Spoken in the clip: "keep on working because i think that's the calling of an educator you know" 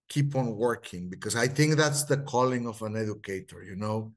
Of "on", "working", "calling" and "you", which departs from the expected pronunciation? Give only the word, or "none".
none